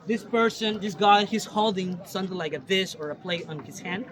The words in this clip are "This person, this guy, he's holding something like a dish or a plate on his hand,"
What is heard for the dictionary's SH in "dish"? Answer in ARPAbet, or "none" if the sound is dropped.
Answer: S